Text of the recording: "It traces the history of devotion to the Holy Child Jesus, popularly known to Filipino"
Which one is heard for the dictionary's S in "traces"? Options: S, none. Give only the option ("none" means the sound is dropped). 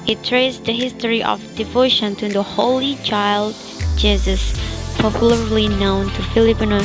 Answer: none